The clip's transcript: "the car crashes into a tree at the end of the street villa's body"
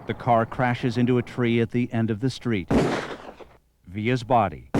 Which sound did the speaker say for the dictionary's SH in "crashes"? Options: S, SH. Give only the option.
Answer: SH